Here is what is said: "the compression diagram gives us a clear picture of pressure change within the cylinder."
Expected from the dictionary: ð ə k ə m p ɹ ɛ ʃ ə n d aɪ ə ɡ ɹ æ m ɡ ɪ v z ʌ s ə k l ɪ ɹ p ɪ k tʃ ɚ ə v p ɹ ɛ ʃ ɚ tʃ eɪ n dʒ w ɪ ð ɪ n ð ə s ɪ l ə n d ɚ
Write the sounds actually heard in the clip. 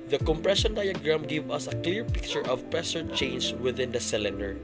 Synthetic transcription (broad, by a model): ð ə k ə m p ɹ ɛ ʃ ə n d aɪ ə ɡ ɹ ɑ m ɡ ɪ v ʌ s ə k l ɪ ɹ p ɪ k tʃ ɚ ə v p ɹ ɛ s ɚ tʃ eɪ n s w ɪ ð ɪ n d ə s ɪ l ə n d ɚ